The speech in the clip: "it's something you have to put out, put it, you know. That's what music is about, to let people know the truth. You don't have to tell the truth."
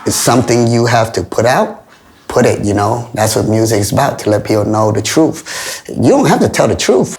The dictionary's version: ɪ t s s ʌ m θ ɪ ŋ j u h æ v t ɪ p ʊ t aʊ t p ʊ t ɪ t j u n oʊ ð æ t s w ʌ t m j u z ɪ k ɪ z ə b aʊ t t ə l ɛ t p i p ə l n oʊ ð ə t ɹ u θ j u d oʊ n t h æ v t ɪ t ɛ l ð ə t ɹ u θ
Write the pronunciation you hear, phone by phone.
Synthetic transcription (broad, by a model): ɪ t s s ʌ m θ ɪ ŋ j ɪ h æ f t ɪ p ʊ t aʊ t p ʊ t ɪ t j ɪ n oʊ ð æ t s w ʌ t m j u z ɪ k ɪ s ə b aʊ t t ə l ɛ t p i p l n oʊ ð ə t ɹ u θ j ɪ d oʊ n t h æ f t ɪ t ɛ l ð ə t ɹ u θ